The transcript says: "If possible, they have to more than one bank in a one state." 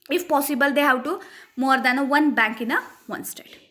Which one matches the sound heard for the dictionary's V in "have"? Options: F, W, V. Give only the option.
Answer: W